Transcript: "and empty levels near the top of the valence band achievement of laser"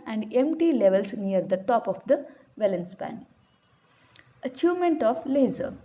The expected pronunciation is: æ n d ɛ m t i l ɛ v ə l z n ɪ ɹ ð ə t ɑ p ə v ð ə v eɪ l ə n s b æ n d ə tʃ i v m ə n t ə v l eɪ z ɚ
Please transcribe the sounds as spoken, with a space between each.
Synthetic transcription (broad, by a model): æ n d ɛ m t i l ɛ v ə l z n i ɹ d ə t ɑ p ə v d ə v eɪ l ə n s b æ n ə tʃ i v m ə n t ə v l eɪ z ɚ